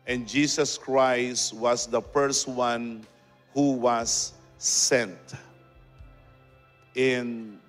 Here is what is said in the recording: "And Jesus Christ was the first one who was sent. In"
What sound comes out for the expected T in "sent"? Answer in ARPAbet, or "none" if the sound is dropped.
T